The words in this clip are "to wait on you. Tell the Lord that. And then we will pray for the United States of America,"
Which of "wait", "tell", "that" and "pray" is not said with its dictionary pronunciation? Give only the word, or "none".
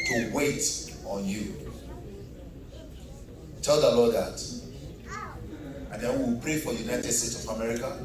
none